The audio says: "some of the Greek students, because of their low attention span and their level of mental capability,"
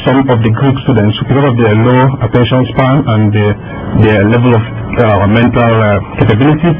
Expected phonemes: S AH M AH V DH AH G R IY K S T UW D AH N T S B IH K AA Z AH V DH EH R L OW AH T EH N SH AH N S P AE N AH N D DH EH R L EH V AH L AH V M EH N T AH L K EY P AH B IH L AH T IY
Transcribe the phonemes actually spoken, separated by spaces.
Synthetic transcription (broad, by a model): S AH M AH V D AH G R IY K S T UW D AH N T S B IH K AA S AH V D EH L OW AH T EH N SH AH N S P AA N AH N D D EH L EH V AH L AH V M EH N T AH L K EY P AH B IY L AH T IY